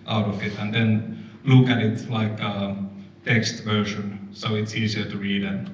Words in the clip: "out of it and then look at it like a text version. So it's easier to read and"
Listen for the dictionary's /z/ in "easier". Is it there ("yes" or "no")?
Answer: no